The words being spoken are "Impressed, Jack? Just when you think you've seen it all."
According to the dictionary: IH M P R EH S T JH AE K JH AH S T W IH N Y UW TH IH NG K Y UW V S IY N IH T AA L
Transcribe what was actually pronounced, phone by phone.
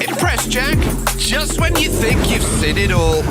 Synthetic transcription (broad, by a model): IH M P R EH S JH AE K JH AH S T W IH N Y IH TH IH NG K Y UW V S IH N IH T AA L